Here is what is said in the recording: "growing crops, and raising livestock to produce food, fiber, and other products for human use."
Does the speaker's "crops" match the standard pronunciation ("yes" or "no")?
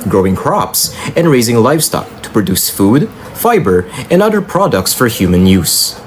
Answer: yes